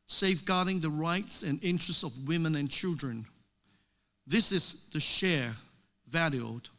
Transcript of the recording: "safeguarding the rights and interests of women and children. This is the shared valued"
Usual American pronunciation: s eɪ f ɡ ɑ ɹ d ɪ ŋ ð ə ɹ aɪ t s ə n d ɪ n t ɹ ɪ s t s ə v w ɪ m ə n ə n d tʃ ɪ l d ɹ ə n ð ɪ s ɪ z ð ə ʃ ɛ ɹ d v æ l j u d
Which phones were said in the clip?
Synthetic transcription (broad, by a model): s eɪ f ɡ ɑ ɹ d ɪ ŋ ð ə ɹ aɪ t s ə n ɪ n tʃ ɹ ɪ s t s ə v w ɪ m ə n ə n tʃ ɪ l d ɹ ə n ð ɪ s ɪ z ð ə ʃ ɛ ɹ v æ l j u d